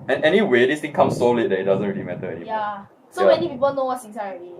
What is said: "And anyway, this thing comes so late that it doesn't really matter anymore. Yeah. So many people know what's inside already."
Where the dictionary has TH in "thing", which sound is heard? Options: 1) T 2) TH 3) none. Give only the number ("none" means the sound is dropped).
1